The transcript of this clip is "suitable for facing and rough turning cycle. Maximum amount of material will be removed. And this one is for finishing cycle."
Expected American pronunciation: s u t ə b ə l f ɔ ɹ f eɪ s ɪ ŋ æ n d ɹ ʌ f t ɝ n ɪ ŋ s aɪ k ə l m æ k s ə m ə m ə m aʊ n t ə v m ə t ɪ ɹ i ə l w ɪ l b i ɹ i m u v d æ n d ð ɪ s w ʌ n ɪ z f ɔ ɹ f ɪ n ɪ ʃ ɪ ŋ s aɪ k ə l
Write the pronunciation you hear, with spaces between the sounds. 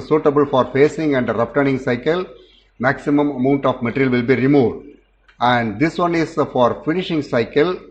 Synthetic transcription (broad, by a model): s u t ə b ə l f ɔ ɹ f eɪ s ɪ ŋ æ n d ɹ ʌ p t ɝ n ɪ ŋ s aɪ k ə l m æ k s ə m ə m ə m aʊ n t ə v m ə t ɹ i l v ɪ l b i ɹ i m u v d æ n d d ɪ s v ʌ n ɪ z f ɔ ɹ f ɪ n ɪ ʃ ɪ ŋ s aɪ k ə l